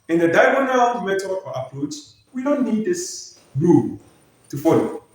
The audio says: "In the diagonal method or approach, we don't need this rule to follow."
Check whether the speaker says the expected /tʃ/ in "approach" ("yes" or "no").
no